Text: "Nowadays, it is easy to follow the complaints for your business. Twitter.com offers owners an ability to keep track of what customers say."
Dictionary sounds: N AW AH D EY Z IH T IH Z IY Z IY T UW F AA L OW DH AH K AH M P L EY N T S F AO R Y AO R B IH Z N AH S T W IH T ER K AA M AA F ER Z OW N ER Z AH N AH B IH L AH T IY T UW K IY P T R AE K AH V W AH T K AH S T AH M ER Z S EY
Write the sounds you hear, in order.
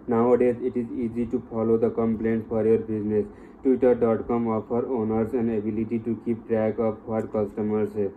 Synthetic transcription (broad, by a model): N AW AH D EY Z IH T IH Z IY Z IY T UW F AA L OW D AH K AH M P L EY N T F AO R Y AO R B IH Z N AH S T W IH T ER K AA M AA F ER OW N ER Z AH N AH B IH L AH T IY T UW K IY P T R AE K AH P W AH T K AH S T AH M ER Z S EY